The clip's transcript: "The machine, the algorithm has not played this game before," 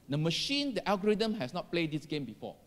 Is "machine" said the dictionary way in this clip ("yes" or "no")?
yes